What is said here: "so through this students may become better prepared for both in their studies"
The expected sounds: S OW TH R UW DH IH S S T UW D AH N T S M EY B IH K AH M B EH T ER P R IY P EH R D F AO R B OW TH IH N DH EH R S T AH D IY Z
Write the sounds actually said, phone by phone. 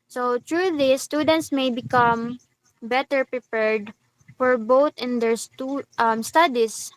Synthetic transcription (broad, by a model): S OW T R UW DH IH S S T UW D AH N T S M EY B IH K AH M B EH T ER P R IY P EH R D F AO R B OW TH IH N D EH R S T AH D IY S